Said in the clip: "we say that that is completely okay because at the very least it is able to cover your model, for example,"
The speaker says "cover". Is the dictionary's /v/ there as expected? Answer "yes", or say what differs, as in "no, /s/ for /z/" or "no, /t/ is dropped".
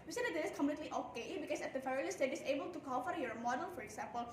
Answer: no, /f/ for /v/